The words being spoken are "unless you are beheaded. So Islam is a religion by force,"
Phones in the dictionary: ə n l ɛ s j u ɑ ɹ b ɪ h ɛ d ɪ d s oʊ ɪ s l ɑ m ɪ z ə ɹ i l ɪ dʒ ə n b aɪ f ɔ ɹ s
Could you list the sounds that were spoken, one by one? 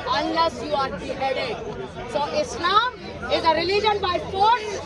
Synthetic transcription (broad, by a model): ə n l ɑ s j u ɑ ɹ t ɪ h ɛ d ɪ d s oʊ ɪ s n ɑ ɪ z ə ɹ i l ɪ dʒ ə n b aɪ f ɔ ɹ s